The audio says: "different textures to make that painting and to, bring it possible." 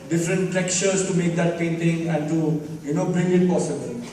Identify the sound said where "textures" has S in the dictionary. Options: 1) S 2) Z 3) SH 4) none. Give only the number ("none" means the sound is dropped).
4